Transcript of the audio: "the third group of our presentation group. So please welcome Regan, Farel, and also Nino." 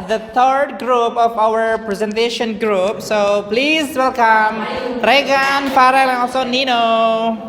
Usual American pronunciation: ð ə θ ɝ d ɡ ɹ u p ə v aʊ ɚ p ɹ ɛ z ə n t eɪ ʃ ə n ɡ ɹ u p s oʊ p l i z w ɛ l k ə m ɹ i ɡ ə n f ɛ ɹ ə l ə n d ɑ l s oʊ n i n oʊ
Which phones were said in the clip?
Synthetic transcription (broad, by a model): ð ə t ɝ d ɡ ɹ u p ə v aʊ ɚ p ɹ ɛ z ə n t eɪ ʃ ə n ɡ ɹ u p s oʊ p l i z w ɛ l k ə m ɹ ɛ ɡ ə n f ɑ ɹ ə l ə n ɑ s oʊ n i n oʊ